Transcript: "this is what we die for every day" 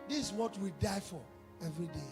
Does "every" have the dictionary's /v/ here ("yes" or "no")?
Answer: yes